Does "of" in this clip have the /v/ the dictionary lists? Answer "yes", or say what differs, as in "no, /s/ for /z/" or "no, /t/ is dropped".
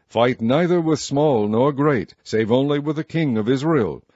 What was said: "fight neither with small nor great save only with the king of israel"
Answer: yes